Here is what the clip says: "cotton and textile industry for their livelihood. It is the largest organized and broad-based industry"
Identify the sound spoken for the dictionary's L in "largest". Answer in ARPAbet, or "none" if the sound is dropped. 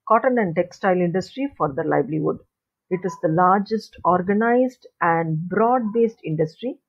L